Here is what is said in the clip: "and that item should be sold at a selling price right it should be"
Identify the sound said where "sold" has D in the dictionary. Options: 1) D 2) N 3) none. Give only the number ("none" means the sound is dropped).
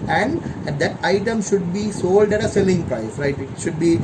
1